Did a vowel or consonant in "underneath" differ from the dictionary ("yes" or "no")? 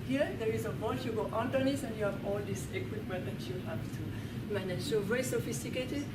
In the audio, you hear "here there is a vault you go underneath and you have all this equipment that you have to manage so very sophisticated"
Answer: yes